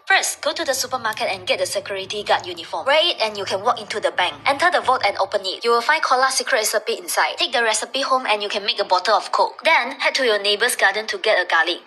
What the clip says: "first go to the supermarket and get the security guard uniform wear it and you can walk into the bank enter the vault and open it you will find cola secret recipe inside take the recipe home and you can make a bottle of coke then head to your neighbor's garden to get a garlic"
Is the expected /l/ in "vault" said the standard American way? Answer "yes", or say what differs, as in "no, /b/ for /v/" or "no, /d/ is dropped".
no, /l/ is dropped